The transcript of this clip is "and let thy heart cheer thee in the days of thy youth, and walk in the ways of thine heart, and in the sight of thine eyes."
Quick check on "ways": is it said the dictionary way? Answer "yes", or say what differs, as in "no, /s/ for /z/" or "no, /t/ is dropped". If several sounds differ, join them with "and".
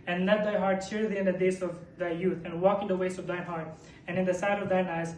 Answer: no, /s/ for /z/